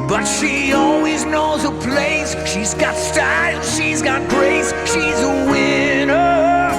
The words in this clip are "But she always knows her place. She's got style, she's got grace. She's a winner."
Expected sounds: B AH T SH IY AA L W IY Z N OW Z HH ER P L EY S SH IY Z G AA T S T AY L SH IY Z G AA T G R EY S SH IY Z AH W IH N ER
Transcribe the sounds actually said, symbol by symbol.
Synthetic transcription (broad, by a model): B AH T SH IY AA L W IY Z N OW Z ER P L EY S SH IY Z G AA T S T AY L SH IY Z G AA T G R EY S SH IY Z AH W IH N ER